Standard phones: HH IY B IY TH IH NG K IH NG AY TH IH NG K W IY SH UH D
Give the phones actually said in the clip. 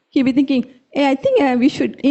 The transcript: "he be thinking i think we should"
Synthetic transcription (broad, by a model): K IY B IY T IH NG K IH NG AY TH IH NG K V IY SH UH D